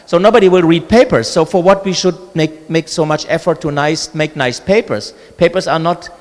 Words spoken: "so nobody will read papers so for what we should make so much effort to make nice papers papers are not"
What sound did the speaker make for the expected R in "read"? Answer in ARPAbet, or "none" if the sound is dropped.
R